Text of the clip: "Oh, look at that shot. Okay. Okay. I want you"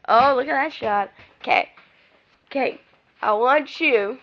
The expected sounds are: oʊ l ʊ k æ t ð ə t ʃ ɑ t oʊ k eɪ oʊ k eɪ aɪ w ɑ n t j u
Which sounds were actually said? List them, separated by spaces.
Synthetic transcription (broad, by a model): oʊ l ʊ k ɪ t ð ə t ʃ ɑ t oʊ k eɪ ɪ k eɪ aɪ w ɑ n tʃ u